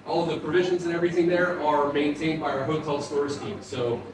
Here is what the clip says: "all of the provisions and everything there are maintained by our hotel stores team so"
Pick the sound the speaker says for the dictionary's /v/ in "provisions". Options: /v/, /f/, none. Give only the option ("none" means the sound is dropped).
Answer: /v/